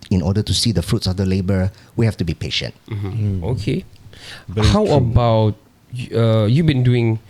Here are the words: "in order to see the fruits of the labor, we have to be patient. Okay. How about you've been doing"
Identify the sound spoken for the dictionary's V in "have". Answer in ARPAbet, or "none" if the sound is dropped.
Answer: F